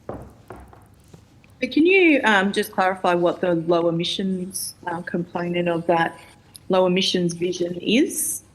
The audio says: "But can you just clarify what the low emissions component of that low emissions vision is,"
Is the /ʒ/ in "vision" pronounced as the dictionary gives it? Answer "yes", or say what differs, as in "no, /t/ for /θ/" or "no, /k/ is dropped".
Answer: yes